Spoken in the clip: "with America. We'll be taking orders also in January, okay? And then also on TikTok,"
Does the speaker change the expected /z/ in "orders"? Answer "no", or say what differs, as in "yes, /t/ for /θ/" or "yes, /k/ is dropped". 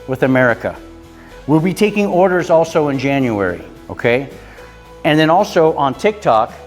no